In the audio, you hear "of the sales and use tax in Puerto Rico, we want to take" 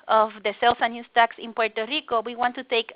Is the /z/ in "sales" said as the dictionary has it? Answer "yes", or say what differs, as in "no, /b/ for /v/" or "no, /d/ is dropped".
no, /s/ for /z/